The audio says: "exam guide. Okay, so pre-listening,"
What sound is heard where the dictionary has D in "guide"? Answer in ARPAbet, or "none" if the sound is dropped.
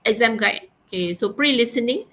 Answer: none